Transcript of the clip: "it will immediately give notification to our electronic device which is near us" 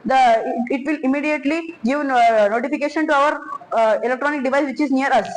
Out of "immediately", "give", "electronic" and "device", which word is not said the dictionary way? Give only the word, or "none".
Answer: none